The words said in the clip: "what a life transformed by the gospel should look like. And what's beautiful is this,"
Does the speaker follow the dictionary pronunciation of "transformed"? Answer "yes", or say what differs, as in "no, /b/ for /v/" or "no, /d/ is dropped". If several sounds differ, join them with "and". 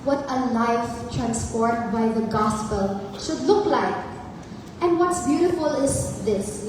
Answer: no, /p/ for /f/